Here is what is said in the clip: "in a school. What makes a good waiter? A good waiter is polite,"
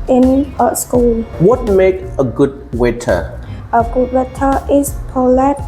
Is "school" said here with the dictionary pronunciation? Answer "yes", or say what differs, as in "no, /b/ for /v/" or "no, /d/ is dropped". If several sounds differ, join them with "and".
yes